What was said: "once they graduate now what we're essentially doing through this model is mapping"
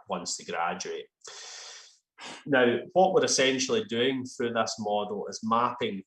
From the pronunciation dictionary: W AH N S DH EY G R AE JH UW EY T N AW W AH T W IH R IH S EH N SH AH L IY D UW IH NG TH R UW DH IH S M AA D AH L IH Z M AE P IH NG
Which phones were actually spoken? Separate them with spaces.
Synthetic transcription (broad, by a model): W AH N S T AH G R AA JH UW EY T N AW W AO T W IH R IH S EH N SH AH L IY D UW IH NG TH R UW DH IH S M AA D L IH Z M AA P IH NG